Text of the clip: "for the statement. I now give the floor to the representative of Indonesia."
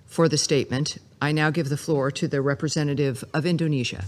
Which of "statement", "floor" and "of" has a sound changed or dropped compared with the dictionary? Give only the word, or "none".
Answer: none